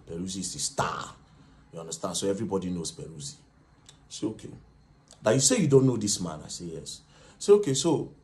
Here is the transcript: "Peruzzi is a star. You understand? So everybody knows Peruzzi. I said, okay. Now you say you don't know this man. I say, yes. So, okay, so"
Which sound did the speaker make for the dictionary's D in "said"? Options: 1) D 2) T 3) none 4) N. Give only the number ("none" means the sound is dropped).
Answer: 3